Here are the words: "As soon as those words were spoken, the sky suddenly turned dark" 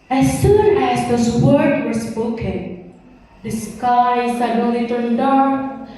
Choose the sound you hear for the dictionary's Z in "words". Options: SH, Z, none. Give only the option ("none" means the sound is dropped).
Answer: none